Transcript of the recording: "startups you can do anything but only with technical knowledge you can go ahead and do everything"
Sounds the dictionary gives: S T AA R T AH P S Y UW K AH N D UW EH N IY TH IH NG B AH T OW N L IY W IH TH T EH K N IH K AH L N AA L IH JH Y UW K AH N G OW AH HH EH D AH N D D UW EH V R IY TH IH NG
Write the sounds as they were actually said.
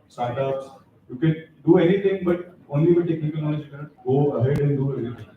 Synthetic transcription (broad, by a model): S T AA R T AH P S Y UW K AH N D UW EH N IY T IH NG B AH T OW N L IY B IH T EH K N IH K AH L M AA N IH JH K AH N G OW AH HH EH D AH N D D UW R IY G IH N